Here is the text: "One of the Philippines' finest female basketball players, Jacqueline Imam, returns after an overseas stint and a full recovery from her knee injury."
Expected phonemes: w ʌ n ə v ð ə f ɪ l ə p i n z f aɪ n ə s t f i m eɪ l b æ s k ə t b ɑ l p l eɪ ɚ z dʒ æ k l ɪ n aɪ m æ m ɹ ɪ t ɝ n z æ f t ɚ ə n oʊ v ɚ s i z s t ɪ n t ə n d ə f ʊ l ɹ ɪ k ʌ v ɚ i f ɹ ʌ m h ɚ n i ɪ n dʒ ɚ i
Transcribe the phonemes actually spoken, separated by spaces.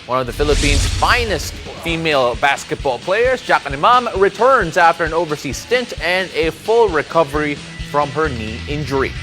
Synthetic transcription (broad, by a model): w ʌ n ə v ð ə f ɪ l ə p i n z f aɪ n ə s t f i m eɪ l b æ s k ə t b ɑ l p l eɪ ɚ z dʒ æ k ɪ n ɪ m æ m ɹ ɪ t ɝ n z æ f t ɚ ə n oʊ v ɚ s i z s t ɪ n t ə n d ə f ʊ l ɹ ɪ k ʌ v ɚ i f ɹ ʌ m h ɚ n i ɪ n dʒ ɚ i